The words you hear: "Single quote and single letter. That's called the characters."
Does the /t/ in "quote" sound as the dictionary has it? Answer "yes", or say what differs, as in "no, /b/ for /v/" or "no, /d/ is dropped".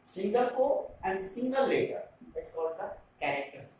no, /t/ is dropped